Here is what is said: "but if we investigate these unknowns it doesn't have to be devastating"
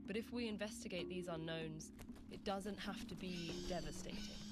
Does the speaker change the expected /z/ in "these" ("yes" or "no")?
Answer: no